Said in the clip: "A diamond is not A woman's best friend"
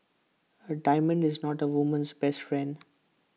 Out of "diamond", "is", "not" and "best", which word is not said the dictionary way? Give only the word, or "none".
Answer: none